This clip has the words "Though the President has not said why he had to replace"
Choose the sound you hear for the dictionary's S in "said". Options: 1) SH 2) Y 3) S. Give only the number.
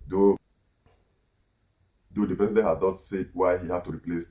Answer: 3